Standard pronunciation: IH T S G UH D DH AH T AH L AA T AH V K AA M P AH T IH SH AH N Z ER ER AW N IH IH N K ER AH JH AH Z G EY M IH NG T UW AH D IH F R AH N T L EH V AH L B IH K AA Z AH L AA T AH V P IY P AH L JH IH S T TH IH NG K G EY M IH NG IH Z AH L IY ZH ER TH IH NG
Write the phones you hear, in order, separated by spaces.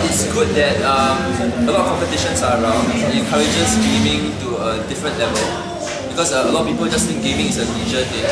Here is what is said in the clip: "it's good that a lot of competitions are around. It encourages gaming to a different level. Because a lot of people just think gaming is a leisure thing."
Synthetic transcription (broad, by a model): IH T S G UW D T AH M AH L AA T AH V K AA M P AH T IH SH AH N S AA ER AW N IH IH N K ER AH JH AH S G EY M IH NG T UW AH D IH F R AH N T L EH V AH L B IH K AA S AH L AA T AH P IY P AH L JH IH S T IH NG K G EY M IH NG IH S AH N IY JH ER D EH